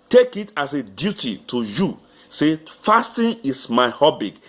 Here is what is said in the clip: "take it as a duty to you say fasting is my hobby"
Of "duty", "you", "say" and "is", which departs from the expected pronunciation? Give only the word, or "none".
is